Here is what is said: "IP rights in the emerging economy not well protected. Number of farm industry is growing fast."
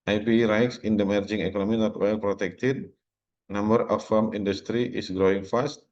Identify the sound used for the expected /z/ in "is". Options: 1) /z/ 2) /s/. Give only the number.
2